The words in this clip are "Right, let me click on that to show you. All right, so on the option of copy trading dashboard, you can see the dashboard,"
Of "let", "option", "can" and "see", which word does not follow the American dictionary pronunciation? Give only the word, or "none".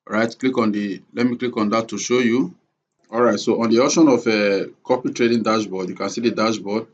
option